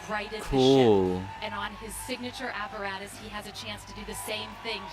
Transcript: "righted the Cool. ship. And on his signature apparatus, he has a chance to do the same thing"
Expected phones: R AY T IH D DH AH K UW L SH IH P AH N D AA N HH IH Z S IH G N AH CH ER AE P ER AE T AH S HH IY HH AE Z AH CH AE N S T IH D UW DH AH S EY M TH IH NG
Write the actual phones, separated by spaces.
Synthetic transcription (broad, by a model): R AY IH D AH K UW L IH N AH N N IH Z S IH G N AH CH ER AE P ER AE T AH S HH IY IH Z AH CH AE N S T IH D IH DH AH S EY M TH IH NG